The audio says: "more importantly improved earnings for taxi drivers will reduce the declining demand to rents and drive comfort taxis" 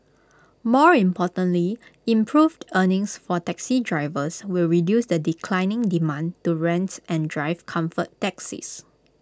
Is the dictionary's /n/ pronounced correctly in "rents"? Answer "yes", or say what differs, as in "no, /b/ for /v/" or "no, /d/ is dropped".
yes